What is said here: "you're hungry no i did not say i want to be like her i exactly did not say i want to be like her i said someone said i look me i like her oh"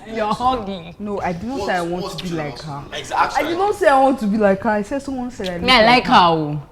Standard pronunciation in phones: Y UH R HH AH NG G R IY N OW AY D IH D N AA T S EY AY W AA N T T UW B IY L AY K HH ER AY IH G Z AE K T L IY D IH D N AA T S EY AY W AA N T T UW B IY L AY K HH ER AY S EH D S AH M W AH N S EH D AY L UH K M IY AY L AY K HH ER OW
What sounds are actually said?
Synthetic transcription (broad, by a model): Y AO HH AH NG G IY N OW AY D IH D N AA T S EY AY W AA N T T UW B IY L AY K HH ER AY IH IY D IH D N AA T S EY AY W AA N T T UW B IY L AY K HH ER AY S EH D S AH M W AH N S EH D AY N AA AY L AY K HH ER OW